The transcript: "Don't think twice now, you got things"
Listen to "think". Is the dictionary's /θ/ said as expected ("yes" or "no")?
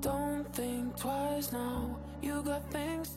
yes